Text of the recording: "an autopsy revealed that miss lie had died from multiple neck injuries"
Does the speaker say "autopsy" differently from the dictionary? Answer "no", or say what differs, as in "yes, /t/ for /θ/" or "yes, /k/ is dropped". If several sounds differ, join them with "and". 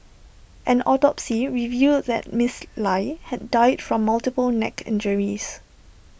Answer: no